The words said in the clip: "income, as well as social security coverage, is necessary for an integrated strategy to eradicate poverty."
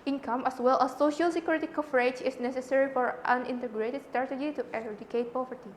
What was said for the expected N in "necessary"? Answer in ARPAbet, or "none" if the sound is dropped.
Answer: N